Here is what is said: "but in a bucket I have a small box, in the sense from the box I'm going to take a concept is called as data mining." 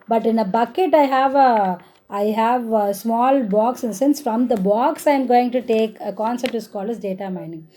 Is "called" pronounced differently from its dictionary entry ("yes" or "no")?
yes